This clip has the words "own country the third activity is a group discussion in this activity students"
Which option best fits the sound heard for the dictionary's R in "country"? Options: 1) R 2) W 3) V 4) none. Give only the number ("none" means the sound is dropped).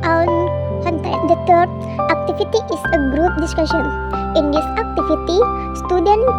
4